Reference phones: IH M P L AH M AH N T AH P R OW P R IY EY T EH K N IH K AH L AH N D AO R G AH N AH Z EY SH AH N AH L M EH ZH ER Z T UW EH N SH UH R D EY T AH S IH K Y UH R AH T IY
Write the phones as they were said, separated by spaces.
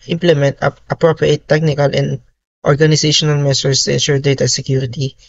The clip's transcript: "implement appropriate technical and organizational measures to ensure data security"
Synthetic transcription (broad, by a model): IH M P L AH M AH N T AH P R OW P R IY EY T EH K N IH K AH L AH N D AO R G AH N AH S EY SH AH N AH L M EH S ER S T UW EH N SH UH R D EY T AH S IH K Y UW R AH T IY